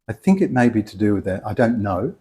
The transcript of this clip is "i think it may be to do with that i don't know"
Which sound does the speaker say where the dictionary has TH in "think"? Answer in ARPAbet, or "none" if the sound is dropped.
TH